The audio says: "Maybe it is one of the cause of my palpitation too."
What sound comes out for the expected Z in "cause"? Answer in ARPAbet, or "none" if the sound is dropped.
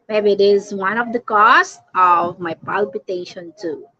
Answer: S